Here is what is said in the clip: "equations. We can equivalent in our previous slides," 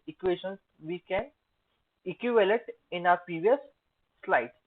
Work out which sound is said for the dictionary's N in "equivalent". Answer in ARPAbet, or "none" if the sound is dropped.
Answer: none